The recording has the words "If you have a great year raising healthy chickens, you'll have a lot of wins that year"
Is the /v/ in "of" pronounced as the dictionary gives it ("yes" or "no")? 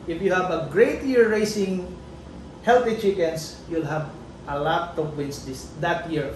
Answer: no